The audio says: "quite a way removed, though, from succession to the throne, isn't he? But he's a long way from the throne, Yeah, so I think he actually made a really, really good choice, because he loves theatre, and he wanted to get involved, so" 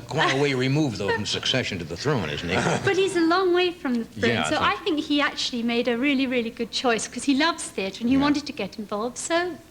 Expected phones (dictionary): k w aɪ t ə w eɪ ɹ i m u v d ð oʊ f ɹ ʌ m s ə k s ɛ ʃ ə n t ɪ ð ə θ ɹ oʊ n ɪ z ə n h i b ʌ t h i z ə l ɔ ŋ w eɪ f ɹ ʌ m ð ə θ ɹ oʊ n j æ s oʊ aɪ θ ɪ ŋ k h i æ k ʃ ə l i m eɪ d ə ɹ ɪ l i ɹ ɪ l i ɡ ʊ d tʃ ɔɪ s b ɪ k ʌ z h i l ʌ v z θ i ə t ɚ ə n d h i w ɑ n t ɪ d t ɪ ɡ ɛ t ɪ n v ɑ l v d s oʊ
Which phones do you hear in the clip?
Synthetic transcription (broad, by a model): k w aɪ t ə w eɪ ɹ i m u v ð oʊ f ɹ ʌ m s ə k s ɛ ʃ ə n t ɪ ð ə θ ɹ oʊ n ɪ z n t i b ʌ t h i z ə l ɔ ŋ w eɪ f ɹ ʌ m ð ə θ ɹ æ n s oʊ aɪ θ ɪ ŋ k h i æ k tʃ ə l i m eɪ d ə ɹ ɪ l i ɹ ɪ l i ɡ ʊ d tʃ ɔɪ s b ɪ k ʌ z i l ʌ v z θ i ə t ɚ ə n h i w ɑ n t ɪ d t ɪ ɡ ɛ t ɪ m v ɑ l v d s oʊ